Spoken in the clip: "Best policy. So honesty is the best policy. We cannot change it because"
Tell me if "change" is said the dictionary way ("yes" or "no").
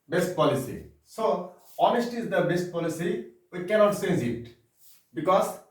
no